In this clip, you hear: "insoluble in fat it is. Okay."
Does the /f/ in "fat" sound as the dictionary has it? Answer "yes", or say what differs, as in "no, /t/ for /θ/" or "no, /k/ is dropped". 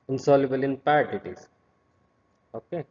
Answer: no, /p/ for /f/